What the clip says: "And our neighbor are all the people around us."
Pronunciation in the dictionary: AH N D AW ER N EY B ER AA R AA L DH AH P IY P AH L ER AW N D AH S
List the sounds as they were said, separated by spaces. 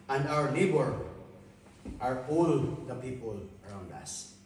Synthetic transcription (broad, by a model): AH N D AW ER L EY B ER AA R AA L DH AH P IY P AH L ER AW N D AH S